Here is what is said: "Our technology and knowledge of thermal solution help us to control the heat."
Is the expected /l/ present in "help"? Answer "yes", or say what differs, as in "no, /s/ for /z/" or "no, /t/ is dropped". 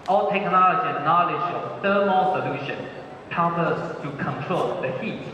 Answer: no, /l/ is dropped